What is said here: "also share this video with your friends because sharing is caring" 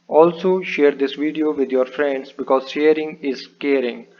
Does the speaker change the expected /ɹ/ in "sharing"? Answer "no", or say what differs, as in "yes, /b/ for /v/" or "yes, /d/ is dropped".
no